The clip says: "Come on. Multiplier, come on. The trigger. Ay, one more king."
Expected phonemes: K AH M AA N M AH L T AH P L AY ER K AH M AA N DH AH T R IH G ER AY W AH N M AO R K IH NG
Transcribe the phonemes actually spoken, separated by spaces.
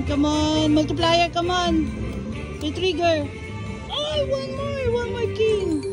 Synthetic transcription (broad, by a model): K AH M AA N M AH L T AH P L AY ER K AH M AA N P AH T R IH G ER AY W AH N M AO W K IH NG